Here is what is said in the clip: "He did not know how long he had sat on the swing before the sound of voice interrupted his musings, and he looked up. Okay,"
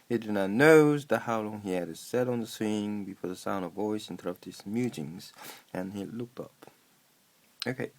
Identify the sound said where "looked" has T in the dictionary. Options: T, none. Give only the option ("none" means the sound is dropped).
T